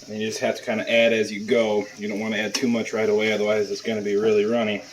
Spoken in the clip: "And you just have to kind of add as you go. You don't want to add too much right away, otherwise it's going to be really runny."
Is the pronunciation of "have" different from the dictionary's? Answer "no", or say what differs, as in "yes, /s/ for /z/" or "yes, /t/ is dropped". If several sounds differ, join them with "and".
yes, /f/ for /v/